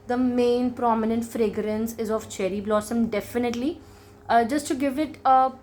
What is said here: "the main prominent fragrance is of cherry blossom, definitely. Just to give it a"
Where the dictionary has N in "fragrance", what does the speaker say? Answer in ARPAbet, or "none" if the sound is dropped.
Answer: N